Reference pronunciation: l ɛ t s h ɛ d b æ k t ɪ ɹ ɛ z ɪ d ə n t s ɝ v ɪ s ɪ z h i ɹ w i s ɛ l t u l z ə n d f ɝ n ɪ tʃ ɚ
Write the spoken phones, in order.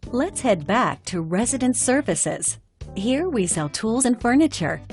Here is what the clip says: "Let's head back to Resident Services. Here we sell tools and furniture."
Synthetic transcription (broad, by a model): l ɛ t s h ɛ d b æ k t ɪ ɹ ɛ z ɪ d ə n t s ɝ v ɪ s ɪ z h i ɹ w i s ɛ l t u l z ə n f ɝ n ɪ tʃ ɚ